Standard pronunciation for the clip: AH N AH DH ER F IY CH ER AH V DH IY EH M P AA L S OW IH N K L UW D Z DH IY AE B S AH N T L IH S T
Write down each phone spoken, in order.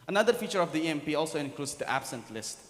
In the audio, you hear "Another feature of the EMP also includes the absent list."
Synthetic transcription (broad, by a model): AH N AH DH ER F IY CH ER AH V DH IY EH M P AA L S OW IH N K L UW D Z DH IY AE B S AH N T L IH S T